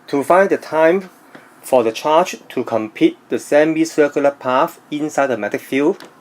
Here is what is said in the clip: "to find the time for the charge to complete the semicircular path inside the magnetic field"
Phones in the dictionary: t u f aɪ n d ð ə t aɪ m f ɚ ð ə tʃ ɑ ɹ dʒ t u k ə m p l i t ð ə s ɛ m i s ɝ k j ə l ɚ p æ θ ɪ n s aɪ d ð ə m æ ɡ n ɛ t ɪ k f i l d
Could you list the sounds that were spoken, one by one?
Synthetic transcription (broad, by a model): t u f aɪ n d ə t aɪ m f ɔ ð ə tʃ ɑ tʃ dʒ t u k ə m p i t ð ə s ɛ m i s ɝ k j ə l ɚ p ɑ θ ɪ n s aɪ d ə m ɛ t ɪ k f i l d